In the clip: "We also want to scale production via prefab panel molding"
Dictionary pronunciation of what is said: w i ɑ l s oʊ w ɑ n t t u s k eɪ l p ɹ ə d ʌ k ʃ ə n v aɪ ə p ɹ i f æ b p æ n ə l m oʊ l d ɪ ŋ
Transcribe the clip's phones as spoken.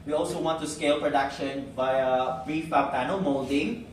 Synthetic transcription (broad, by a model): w i ɑ l s oʊ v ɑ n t t u s k eɪ l p ɹ ə d ʌ k ʃ ə n b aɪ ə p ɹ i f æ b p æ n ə m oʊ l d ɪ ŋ